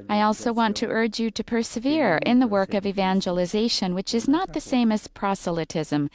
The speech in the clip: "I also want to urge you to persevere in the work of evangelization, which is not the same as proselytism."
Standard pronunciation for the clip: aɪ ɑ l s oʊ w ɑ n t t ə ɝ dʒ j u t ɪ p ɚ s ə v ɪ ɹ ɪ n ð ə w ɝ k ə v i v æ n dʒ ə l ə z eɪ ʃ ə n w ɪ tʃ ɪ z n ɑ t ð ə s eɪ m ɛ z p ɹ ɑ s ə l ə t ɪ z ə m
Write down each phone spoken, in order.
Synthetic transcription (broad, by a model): aɪ ɑ l s oʊ w ɑ n t t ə ɝ dʒ j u t ɪ p ɚ s ə v ɪ ɹ ɪ n ð ə w ɝ k ə v i v æ n dʒ ə l ə z eɪ ʃ ə n w ɪ tʃ ɪ z n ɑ t ð ə s eɪ m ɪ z p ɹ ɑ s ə l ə t ɪ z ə m